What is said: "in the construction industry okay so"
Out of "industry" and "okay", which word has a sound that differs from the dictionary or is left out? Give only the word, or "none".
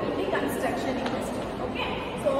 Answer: industry